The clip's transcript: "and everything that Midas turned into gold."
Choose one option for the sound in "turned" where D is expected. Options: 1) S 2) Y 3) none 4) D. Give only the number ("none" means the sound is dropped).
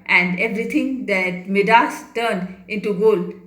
4